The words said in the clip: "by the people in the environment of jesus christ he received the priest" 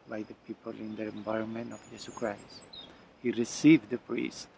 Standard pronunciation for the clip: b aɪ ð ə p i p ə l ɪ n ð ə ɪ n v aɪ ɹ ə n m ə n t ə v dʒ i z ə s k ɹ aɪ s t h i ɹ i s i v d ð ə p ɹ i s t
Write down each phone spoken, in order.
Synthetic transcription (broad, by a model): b aɪ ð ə p i p ə l ɪ n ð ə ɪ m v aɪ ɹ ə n m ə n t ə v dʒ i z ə k ɹ aɪ s t h i ɹ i s i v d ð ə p ɹ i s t